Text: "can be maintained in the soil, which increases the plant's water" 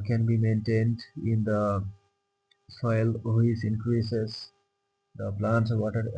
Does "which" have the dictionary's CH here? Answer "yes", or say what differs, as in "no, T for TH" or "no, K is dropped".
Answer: no, S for CH